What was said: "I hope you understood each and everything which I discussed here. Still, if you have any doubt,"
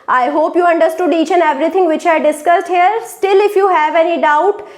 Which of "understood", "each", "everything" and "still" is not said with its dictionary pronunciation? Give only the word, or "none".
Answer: everything